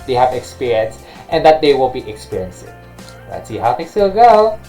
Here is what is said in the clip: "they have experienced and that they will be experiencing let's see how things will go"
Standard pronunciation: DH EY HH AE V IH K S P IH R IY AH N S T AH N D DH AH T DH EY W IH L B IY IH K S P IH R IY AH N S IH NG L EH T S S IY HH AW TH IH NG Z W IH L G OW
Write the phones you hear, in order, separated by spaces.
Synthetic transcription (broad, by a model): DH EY HH AE V IH K S P IH R IY AH N S T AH N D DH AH T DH EY W IH L B IY IH K S P IH R IY AH N S IH NG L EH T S S IY HH AW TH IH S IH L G OW